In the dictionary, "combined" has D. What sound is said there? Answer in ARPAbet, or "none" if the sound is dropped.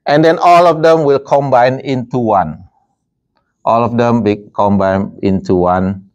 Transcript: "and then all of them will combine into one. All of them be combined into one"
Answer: none